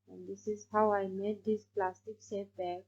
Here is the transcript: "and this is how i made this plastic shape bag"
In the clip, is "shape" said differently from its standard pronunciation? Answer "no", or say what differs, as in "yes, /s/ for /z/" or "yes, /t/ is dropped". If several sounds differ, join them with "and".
yes, /s/ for /ʃ/